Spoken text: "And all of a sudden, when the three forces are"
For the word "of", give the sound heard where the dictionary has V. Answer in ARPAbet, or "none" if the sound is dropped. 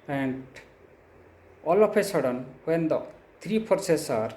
P